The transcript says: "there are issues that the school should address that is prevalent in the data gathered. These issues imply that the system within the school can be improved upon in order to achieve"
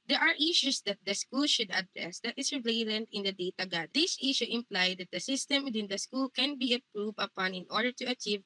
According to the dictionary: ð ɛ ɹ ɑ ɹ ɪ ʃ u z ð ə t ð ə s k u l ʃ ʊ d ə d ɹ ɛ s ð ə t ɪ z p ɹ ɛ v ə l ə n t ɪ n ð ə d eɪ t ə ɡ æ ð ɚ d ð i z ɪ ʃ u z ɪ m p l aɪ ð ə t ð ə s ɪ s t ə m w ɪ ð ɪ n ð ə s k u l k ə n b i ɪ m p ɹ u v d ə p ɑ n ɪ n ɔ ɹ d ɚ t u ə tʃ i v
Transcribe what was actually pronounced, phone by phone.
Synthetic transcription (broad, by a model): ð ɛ ɹ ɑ ɹ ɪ ʃ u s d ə t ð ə s k u l ʃ ʊ d ə d ɹ ɛ s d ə t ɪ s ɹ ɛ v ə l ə n t ɪ n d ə d eɪ t ə ɡ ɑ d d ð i s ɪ ʃ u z ɪ m p l aɪ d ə t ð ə s ɪ s t ə m w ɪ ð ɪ n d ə s k u l k ə n b i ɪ p ɹ u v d ə p ɑ n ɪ n ɔ ɹ d ɚ t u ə tʃ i v